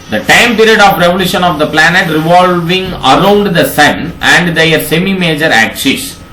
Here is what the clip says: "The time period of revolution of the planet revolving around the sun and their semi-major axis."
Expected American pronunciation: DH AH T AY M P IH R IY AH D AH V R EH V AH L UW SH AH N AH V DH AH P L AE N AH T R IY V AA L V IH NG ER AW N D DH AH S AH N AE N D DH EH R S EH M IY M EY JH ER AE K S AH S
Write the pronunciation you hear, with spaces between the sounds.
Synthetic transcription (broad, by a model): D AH T AY M P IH R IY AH D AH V R EH V AH L UW SH AH N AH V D AH P L AE N AH T R IY V AA L V IH NG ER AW N D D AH S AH N AE N D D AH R S EH M IY M EY JH ER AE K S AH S